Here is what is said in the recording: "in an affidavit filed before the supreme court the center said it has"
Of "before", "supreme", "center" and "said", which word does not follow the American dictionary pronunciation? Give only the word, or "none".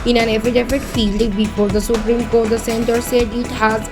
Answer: before